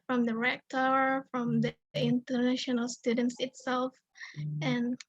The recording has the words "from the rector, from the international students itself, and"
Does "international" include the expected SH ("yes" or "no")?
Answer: yes